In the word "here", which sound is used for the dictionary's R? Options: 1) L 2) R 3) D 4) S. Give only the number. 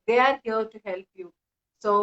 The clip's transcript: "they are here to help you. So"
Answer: 1